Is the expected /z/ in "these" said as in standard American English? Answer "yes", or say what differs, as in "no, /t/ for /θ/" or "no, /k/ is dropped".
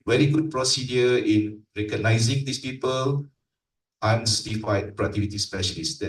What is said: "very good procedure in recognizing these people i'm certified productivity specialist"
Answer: no, /s/ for /z/